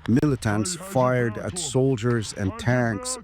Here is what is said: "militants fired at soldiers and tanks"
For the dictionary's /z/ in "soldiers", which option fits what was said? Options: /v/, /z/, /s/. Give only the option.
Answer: /z/